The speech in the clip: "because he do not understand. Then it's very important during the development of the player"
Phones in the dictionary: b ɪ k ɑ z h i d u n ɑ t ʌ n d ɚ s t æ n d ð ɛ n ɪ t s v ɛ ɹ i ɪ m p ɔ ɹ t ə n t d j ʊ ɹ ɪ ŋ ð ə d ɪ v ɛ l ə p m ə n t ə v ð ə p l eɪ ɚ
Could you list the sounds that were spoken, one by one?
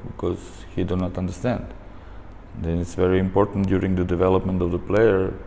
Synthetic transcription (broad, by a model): b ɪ k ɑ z h i d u n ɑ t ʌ n d ɚ s t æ n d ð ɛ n ɪ t s v ɛ ɹ i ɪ m p ɔ ɹ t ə n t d j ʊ ɹ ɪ ŋ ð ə d ɪ v ɛ l ə p m ə n t ə v ð ə p l eɪ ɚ